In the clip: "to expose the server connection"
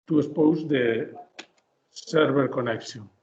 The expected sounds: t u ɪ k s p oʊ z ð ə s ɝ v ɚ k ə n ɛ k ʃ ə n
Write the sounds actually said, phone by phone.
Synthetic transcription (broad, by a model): t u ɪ s p oʊ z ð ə s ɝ b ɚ k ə n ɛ k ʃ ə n